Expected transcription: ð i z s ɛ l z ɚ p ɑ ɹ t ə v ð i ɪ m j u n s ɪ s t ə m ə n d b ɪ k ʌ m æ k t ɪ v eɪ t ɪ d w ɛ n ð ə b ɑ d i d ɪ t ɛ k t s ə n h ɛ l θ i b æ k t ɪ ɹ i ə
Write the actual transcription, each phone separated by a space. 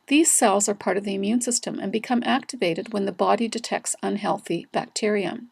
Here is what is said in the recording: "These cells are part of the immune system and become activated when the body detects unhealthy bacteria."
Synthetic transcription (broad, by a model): ð i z s ɛ l z ɚ p ɑ ɹ t ə v ð i ɪ m j u n s ɪ s t ə m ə n b ɪ k ʌ m æ k t ɪ v eɪ t ɪ d w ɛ n ð ə b ɑ d i d ɪ t ɛ k t s ə n h ɛ l θ i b æ k t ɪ ɹ i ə